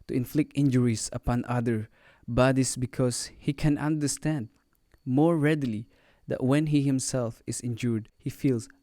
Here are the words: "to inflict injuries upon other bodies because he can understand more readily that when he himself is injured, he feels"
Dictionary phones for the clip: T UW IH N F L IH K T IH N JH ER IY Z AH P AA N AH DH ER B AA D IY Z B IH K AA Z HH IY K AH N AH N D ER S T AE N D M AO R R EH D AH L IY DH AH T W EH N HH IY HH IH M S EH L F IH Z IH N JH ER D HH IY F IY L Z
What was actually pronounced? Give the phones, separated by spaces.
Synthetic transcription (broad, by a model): T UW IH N F L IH K T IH N JH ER IY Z AH P AA N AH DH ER B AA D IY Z B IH K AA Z HH IY K AH N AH N D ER S T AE N D M AO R R EH D AH L IY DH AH T W EH N HH IY HH IH M S EH L F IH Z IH N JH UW D HH IY F IY L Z